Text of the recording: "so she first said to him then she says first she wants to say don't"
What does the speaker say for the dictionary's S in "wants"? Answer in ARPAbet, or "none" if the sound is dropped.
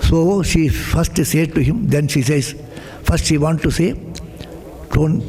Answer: none